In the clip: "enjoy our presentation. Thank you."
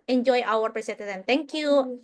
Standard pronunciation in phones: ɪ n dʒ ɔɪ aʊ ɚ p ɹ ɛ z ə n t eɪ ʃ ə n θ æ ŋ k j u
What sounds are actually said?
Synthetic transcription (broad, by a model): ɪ n dʒ ɔɪ aʊ ɚ p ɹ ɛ s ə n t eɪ s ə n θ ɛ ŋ k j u